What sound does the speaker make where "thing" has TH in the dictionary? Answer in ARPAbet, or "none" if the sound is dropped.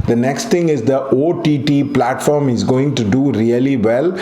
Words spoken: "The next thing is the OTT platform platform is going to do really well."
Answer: T